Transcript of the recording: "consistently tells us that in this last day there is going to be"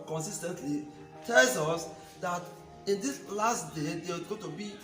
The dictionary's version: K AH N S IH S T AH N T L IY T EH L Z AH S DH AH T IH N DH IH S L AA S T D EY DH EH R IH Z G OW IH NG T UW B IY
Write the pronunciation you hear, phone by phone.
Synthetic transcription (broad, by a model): K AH N S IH S T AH N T L IY T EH L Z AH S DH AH T IH N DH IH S L AA S T D EY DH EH W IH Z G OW T UW B IY